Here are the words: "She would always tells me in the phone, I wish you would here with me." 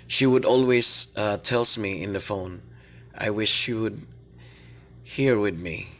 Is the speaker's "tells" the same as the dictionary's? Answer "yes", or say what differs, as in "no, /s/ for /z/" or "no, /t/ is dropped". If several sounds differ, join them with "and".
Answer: no, /s/ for /z/